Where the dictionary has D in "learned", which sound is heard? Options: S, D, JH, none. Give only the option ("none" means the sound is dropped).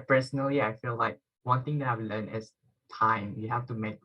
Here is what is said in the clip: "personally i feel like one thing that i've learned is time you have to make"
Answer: none